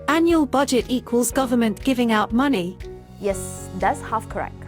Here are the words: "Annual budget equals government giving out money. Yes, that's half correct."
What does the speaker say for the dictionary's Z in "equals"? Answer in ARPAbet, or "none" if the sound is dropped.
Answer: Z